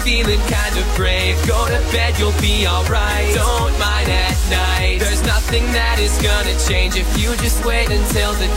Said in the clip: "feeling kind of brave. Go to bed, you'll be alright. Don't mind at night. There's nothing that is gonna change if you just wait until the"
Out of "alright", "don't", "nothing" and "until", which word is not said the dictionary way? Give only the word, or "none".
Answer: none